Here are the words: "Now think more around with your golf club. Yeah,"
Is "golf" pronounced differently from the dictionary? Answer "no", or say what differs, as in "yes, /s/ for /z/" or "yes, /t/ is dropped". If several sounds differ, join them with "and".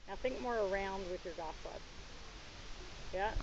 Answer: yes, /l/ is dropped